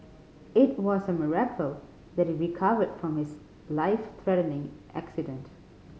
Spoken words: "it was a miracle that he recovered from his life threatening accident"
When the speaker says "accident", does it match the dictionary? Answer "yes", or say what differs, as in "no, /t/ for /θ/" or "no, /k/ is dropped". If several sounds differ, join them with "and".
yes